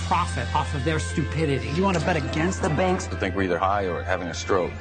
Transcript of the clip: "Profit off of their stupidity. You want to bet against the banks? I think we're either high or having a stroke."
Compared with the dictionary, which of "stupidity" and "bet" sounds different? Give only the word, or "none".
none